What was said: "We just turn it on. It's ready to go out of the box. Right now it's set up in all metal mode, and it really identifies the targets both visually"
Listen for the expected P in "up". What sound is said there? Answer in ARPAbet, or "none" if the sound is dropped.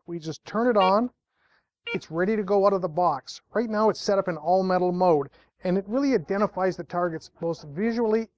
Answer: P